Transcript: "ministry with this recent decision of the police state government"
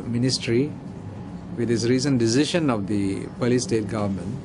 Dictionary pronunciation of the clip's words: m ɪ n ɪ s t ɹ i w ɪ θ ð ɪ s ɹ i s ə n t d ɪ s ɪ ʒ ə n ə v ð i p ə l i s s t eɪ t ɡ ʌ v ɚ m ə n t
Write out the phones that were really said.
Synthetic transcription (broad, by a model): m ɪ n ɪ s t ɹ i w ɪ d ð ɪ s ɹ i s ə n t d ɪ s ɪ ʃ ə n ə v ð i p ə l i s s t eɪ t ɡ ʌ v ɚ m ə n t